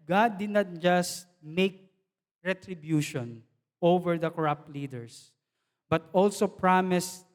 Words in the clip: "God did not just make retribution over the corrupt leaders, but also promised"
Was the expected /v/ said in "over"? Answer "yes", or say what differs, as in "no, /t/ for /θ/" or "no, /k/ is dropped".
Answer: yes